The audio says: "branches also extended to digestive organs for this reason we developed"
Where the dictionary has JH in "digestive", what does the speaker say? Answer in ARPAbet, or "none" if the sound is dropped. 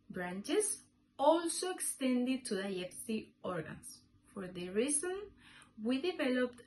none